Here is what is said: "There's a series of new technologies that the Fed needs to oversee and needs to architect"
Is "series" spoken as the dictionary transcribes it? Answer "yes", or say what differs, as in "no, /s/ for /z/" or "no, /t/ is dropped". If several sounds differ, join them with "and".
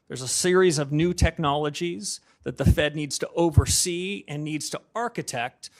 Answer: yes